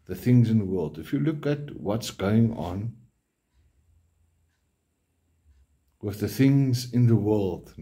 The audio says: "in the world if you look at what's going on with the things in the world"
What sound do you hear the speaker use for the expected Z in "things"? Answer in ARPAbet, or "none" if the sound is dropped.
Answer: Z